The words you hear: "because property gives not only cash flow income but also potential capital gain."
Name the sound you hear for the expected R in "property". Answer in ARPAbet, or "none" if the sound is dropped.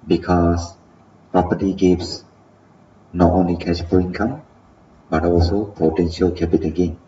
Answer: R